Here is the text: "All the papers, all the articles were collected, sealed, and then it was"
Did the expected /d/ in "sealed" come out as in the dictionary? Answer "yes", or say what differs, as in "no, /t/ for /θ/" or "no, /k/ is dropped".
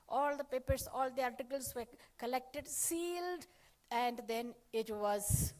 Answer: yes